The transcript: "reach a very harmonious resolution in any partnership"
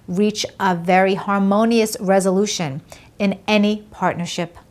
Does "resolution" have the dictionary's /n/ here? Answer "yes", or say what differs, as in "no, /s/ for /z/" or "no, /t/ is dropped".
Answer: yes